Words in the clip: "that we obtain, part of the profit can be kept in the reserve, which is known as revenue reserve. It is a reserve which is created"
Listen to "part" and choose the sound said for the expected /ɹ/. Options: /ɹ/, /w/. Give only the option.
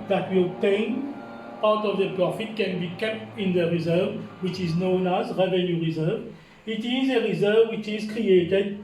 /w/